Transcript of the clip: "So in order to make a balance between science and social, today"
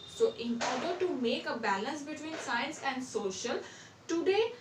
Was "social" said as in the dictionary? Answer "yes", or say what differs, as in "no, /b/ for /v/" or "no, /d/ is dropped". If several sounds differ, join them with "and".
yes